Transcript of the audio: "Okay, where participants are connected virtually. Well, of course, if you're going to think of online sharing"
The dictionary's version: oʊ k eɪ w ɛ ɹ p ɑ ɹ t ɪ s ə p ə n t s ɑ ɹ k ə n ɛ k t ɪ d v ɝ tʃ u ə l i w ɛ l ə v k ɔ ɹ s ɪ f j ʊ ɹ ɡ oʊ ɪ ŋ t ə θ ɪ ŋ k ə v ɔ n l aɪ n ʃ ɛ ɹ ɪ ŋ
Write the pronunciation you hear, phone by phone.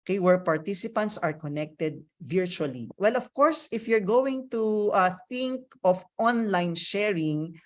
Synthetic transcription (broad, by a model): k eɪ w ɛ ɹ p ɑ ɹ t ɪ s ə p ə n t s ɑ ɹ k ə n ɛ k t ɪ d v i tʃ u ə l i w ɛ l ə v k ɔ ɹ s ɪ f j ʊ ɹ ɡ oʊ ɪ ŋ t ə θ ɪ ŋ k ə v ɔ n l aɪ n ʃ ɛ ɹ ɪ ŋ